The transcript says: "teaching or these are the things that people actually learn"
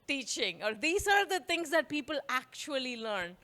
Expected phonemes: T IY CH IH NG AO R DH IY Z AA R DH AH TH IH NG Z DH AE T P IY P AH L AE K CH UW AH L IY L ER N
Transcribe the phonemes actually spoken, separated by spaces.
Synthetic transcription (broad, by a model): T IY CH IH NG AO R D IY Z AA R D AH T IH NG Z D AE T P IY P AH L AE K CH UW AH L IY L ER N